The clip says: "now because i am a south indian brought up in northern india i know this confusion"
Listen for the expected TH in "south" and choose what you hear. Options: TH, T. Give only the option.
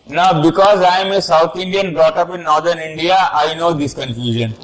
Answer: T